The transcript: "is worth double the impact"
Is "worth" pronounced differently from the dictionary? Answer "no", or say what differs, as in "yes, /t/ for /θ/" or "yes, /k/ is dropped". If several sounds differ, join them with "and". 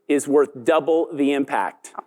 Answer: no